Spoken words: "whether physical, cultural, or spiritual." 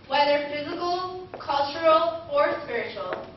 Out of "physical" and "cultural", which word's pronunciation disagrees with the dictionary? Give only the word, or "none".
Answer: none